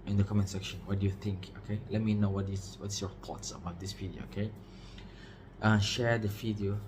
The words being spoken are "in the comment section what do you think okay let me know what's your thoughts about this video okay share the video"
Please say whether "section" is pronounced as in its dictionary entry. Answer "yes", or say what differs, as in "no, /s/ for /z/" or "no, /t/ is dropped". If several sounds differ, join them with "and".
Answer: yes